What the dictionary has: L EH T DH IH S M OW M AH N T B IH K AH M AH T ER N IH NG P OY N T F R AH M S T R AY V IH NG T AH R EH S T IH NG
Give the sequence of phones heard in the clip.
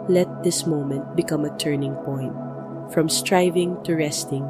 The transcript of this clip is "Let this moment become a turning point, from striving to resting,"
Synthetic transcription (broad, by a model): L EH T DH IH S M OW M AH N T B IH K AH M AH T ER N IH NG P OY N T F R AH M S T R AY V IH NG T AH R EH S T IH NG